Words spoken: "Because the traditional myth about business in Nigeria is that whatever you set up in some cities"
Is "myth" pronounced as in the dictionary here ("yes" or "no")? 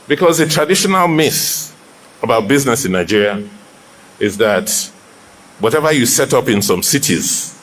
no